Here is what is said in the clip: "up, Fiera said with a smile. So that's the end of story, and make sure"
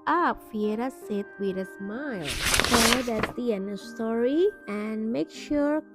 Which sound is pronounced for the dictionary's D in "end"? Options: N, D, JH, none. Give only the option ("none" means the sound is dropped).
none